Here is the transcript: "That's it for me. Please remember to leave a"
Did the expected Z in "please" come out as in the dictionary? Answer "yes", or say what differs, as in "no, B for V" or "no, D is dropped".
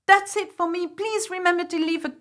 yes